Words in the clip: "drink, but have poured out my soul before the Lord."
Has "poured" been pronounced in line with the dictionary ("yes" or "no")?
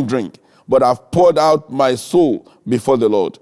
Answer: yes